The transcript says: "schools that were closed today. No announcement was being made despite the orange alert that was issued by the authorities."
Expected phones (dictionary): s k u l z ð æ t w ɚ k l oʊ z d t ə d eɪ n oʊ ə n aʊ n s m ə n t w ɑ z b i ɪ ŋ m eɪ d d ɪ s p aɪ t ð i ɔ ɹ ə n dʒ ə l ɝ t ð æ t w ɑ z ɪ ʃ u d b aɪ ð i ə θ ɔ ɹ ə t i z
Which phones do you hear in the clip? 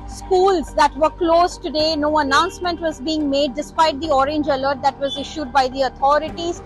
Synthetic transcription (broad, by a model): s k u l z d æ t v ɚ k l oʊ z t ə d eɪ n oʊ ə n aʊ n s m ə n t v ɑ z b i ɪ ŋ m eɪ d d ɪ s p aɪ t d i ɔ ɹ ə n dʒ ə l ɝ t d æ t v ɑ z ɪ ʃ u d b aɪ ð i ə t ɔ ɹ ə t i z